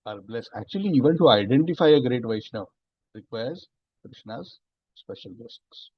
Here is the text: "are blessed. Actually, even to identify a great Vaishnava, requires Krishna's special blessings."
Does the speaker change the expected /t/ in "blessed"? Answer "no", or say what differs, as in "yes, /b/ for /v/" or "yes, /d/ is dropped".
yes, /t/ is dropped